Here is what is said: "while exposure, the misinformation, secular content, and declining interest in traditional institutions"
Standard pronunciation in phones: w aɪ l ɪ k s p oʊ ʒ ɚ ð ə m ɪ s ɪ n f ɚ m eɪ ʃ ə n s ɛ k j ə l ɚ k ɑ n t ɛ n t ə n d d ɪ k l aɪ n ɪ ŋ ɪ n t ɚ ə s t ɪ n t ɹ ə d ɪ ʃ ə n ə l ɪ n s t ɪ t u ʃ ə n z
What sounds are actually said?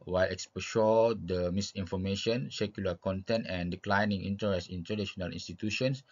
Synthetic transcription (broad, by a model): w aɪ l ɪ k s p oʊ ʃ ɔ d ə m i s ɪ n f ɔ m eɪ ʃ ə n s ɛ k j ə l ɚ k ɑ n t ɛ n t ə n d d ɪ k l aɪ n ɪ ŋ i n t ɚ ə s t ɪ n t ə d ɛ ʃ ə n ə l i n s t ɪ t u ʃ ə n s